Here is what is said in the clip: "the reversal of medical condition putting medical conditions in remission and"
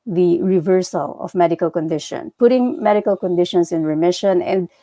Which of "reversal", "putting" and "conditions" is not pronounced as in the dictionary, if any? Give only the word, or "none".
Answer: conditions